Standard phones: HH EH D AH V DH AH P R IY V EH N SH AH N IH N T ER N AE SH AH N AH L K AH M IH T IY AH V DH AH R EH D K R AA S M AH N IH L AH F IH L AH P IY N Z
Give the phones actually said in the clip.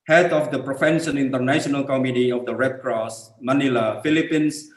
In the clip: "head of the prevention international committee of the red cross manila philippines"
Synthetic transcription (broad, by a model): HH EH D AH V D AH P R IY F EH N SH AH N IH N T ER N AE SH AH N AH L K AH M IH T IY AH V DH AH R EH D K R AA S M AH N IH L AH F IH L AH P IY N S